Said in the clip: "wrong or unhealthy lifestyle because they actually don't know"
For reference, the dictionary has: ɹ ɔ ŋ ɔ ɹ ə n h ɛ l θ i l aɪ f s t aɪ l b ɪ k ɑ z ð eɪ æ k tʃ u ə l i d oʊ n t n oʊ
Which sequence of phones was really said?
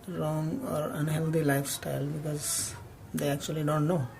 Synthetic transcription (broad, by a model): ɹ ɔ ŋ ɔ ɹ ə n h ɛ l t i l aɪ f s t aɪ l b ɪ k ɑ z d eɪ æ k tʃ u ə l i d oʊ n t n oʊ